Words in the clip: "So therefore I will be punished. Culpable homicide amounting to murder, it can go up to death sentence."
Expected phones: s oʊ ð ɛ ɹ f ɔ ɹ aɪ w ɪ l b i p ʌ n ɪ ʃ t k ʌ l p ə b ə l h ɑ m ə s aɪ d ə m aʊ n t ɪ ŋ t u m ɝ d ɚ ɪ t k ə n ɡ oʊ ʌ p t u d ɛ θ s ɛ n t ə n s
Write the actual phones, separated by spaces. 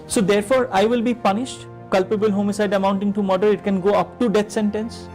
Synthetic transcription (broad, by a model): s oʊ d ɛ ɹ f ɔ ɹ aɪ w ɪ l b i p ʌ n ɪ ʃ t k ʌ l p ə b ə l h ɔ m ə s aɪ d ə m aʊ n t ɪ ŋ t u m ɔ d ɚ ɪ t k ə n ɡ oʊ ʌ p t u d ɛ t s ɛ n t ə n s